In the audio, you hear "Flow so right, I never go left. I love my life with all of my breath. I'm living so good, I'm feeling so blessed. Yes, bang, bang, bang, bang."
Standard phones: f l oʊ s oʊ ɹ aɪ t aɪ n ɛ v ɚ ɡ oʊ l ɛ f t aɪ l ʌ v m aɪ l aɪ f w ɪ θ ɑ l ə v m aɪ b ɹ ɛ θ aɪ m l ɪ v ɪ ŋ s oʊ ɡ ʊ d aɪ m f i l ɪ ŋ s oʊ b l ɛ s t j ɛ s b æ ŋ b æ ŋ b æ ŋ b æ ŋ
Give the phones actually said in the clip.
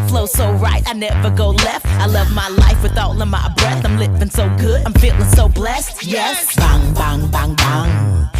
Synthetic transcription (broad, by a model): f l oʊ s oʊ ɹ aɪ t aɪ n ɛ v ɚ ɡ oʊ l ɛ f t aɪ l ʌ v m aɪ l aɪ f w ɪ θ ɑ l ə m aɪ b ɹ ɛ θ aɪ m l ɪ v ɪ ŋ s oʊ ɡ ʊ d aɪ m f i l ɪ ŋ s oʊ b l ɛ s t j ɛ s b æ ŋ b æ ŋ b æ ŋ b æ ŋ